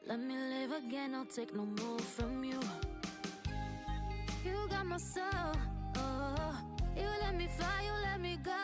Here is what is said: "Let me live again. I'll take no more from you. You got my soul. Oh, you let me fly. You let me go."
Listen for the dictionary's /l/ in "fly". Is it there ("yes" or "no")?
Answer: no